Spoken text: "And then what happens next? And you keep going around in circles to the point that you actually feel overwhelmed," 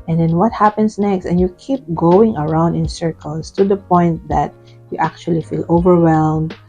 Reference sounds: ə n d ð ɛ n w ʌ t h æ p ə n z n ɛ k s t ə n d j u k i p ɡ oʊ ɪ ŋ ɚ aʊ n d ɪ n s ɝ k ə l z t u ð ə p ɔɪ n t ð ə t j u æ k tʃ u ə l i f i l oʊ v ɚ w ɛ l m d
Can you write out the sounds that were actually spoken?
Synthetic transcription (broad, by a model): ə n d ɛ n w ʌ t h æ p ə n s n ɛ k s t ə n j u k i p ɡ oʊ ɪ ŋ ɚ aʊ n d ɪ n s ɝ k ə l s t u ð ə p ɔɪ n t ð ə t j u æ k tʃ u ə l i f i l oʊ v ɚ w ɛ l m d